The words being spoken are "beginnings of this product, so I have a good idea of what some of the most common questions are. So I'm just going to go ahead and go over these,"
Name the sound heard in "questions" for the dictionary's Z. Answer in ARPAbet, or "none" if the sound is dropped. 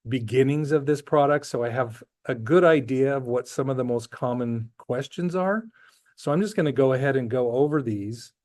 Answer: Z